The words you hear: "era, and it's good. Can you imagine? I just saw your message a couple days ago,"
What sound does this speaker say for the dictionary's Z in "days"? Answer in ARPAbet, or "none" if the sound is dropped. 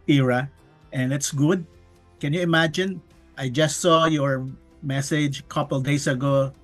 S